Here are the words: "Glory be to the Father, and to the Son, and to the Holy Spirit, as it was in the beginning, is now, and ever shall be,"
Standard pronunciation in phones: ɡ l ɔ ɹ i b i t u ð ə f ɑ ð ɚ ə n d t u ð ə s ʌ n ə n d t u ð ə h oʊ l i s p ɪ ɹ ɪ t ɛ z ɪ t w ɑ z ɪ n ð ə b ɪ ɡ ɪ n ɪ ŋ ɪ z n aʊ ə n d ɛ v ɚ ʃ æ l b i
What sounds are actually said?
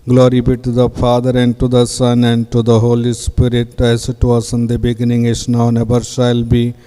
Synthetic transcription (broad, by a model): ɡ l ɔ ɹ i b i t u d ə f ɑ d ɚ ə n d t u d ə s ʌ n ə n d t u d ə h oʊ l i s p ɪ ɹ ɪ t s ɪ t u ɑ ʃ ɪ n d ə b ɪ ɡ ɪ n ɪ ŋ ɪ s n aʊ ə n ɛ b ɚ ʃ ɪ l b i